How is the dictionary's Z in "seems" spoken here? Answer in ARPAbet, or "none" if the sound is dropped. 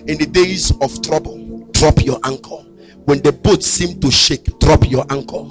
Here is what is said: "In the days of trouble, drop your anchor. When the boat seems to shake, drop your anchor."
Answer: none